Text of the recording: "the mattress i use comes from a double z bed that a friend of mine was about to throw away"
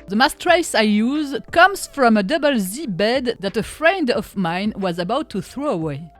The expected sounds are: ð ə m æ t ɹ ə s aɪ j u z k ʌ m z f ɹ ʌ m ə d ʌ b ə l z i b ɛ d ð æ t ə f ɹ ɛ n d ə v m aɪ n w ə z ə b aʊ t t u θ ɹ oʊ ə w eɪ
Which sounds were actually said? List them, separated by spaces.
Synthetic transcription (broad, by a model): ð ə m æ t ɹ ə s aɪ j u z k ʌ m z f ɹ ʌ m ə d ʌ b ə l z i b ɛ d ð æ t ə f ɹ ɛ n d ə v m aɪ n w ə z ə b aʊ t t u θ ɹ oʊ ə w eɪ